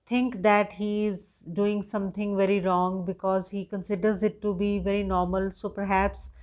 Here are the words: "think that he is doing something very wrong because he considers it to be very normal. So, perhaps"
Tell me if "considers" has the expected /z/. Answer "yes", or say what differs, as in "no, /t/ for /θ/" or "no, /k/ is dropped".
yes